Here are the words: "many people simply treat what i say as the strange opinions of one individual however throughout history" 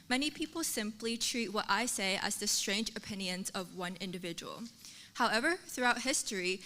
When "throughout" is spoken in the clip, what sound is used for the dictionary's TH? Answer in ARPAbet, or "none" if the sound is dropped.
TH